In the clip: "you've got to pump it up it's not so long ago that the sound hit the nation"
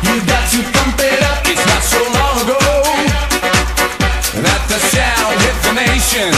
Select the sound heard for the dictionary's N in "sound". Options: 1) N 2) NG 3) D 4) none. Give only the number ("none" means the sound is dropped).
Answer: 4